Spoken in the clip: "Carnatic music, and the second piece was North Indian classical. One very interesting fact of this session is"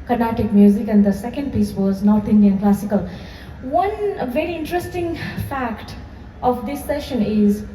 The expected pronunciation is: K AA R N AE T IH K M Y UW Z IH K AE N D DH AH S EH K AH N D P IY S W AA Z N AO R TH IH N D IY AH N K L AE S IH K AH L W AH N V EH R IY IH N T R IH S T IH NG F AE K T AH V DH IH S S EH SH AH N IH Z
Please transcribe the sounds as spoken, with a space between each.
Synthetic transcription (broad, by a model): K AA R N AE T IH K M Y UW Z IH K AE N D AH S EH K AH N D P IY S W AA Z N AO R T IH N D IY AH N K L AE S IH K AH L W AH N V EH R IY IH N T R IH S T IH NG F AE K T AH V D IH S S EH SH AH N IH Z